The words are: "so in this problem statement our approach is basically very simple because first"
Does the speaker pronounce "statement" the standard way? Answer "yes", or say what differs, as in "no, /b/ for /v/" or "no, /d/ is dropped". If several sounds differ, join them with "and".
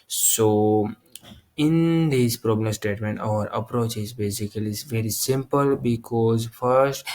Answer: yes